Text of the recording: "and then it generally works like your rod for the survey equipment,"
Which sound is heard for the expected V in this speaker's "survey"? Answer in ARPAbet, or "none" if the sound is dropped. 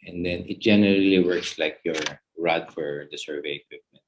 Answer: V